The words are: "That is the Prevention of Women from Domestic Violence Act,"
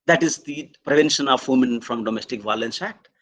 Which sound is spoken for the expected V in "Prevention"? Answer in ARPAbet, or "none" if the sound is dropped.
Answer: V